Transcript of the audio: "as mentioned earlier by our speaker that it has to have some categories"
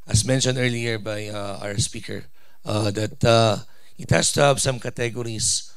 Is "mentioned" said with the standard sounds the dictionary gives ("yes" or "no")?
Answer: yes